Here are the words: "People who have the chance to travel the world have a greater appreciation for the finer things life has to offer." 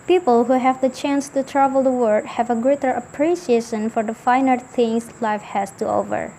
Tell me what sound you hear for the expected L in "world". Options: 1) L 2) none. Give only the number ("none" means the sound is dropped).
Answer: 2